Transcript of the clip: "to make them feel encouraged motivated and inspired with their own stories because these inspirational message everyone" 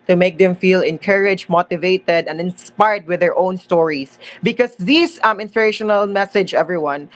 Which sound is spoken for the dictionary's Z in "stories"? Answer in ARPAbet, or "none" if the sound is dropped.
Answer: S